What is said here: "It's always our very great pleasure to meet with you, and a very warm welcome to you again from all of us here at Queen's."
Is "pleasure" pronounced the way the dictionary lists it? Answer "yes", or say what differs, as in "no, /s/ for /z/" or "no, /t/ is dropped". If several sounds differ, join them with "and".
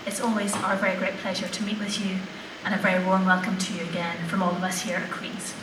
yes